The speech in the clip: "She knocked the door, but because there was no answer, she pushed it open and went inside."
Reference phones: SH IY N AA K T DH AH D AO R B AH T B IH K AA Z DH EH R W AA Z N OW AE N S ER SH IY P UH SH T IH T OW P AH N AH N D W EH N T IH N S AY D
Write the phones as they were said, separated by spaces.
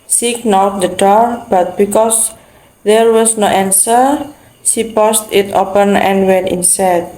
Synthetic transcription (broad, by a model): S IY N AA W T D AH D AO R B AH T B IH K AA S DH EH R W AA S N OW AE N S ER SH IY P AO S T IH T OW P AH N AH N W EH N T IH N S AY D